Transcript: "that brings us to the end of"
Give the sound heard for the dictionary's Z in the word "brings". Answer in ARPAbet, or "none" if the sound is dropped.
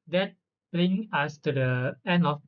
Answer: none